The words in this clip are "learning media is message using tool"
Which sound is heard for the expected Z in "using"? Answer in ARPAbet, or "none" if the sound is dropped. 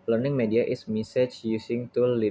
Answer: S